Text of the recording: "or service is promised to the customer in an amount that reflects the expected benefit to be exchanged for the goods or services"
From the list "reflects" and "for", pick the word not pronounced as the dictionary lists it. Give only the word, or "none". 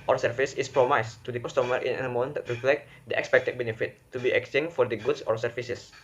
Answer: reflects